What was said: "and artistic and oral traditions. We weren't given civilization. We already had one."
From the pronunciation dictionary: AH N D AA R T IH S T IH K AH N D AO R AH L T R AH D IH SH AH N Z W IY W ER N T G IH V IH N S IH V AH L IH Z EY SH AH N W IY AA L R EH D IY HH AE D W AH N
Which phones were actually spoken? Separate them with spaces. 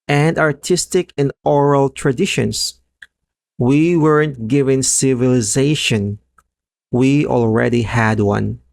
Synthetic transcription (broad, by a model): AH N D AA R T IH S T IH K AH N D AO R AH L T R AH D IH SH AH N S W IY W ER N T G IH V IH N S IH V AH L IH Z EY SH AH N W IY AA L R EH D IY HH AE D W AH N